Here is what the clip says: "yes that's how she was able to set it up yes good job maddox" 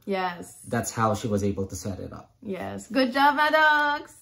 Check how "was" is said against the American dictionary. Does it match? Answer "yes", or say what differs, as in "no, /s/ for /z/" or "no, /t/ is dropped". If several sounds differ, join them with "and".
yes